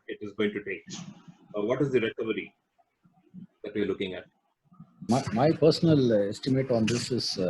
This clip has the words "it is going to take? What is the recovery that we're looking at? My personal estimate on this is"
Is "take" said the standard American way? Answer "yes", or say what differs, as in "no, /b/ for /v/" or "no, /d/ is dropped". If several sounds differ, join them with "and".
yes